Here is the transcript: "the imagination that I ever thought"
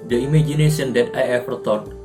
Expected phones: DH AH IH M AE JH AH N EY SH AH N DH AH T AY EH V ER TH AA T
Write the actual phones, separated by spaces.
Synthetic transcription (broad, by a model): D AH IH M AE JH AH N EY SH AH N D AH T AY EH F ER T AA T